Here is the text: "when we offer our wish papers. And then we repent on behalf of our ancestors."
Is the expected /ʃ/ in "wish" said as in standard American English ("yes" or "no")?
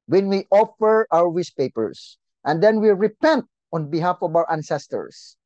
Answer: no